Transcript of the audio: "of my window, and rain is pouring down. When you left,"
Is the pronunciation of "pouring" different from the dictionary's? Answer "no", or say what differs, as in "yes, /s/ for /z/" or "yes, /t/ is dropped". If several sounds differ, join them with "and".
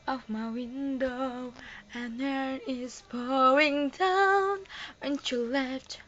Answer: yes, /b/ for /p/ and /ɹ/ is dropped